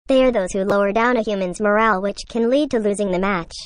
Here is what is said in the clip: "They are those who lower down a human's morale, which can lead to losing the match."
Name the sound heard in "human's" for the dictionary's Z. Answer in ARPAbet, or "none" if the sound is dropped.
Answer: Z